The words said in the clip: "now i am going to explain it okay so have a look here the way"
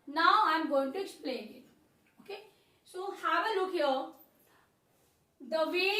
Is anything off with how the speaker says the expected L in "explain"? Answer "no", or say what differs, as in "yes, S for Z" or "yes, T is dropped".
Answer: no